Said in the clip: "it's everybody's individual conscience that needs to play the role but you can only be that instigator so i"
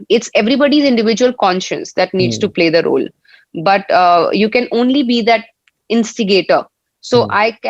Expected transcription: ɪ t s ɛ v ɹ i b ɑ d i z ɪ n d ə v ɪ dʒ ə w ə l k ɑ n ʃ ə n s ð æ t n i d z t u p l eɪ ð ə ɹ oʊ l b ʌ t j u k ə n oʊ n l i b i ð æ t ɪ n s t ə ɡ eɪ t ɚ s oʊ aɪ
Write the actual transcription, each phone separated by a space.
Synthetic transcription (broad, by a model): ɪ t s ɛ v ɹ i b ɑ d i z ɪ n d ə v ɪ dʒ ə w ə l k ɑ n ʃ ə n s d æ t n i d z t u p l eɪ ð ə ɹ oʊ l b ʌ t j u k ə n oʊ n l i b i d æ t ɪ n s t ə ɡ eɪ t ɚ s oʊ aɪ